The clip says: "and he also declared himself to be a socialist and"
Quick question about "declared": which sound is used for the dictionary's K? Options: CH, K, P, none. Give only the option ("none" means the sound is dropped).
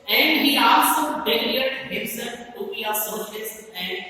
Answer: none